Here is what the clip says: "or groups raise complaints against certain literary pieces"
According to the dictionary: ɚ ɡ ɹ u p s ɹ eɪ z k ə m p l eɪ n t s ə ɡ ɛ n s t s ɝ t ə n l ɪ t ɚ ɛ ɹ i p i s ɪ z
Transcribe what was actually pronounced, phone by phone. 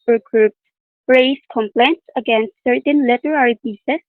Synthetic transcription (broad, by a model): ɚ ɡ ɹ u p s ɹ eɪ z k ə m p l eɪ n t s ə ɡ ɛ n s t s ɝ t ə n l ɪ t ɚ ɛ ɹ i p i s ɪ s